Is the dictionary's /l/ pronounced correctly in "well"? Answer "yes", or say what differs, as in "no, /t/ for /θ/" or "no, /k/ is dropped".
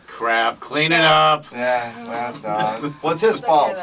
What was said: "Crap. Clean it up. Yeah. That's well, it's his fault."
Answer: no, /w/ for /l/